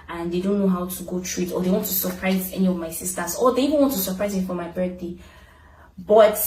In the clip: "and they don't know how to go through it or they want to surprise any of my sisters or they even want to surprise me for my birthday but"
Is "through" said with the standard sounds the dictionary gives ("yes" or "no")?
no